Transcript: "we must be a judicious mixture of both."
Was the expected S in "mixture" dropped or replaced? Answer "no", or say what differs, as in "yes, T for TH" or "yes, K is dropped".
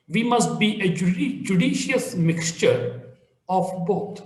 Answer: no